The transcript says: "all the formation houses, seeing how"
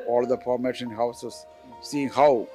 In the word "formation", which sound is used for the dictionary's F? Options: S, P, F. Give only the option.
P